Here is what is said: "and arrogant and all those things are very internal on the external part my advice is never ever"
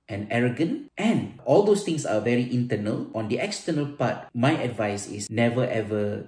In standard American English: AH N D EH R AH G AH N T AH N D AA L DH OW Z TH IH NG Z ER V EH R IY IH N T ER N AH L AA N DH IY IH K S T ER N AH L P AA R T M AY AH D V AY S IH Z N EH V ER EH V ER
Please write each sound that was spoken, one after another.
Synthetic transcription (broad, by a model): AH N EH R AH G AH N T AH N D AA L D OW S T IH NG S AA V EH R IY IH N T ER N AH L AA N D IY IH K S T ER N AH L P AA T M AY AH D V AY S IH S N EH V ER EH V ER